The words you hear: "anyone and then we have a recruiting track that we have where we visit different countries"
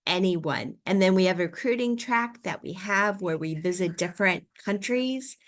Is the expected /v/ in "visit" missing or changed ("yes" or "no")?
no